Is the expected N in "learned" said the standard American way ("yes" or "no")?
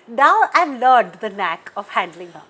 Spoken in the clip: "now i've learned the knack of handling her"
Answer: no